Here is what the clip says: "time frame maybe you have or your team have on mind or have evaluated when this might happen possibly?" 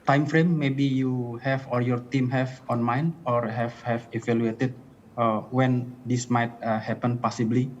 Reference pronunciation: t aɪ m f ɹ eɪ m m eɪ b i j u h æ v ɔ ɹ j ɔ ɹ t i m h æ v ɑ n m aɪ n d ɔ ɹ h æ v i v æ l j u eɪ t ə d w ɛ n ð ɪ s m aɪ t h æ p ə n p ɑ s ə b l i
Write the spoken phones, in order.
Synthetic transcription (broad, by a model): t aɪ m f ɹ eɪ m m eɪ b i j u h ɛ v ɔ ɹ j ɔ ɹ t i m h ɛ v ɑ n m aɪ n ɔ ɹ h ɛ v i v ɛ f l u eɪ t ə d w ɛ n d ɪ s m aɪ t h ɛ p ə n p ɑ s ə b l i